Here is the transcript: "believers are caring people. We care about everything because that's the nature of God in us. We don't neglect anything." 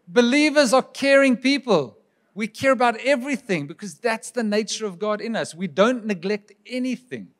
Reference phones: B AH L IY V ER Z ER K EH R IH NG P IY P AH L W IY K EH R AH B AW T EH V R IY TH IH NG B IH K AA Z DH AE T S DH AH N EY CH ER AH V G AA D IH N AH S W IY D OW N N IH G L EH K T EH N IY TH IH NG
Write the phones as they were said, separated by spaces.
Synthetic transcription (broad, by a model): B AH L IY V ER Z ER K EH R IH NG P IY P AH L W IY K EH R AH B AW T EH V R IY TH IH NG B IH K AA Z DH AE T S DH AH N EY CH ER AH V G AA D IH N AH S W IY D OW N N IH G L EH K T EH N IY TH IH NG